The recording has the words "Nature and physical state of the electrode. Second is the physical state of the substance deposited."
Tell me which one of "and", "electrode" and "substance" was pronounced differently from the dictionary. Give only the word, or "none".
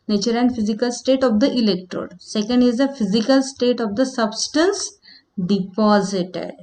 none